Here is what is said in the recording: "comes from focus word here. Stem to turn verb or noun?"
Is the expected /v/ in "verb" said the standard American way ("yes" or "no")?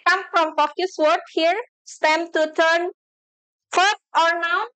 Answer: no